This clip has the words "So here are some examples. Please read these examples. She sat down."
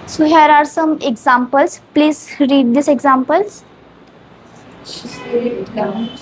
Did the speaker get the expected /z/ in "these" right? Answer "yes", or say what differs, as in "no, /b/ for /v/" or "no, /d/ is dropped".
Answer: no, /s/ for /z/